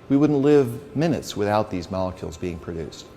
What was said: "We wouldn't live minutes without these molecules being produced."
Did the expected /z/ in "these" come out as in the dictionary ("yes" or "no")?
yes